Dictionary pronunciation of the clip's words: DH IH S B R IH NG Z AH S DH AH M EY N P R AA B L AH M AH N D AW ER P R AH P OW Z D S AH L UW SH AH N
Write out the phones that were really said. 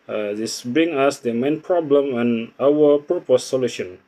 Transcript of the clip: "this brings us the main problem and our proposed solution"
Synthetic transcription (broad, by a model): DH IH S B R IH NG AA S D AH M EY N P R AA B L AH M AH N AW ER P R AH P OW S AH L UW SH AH N